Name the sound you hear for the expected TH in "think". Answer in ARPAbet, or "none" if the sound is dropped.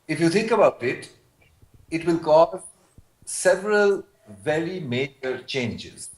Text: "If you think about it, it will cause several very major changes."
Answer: T